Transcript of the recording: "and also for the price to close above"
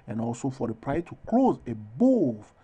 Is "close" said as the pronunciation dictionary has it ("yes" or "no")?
yes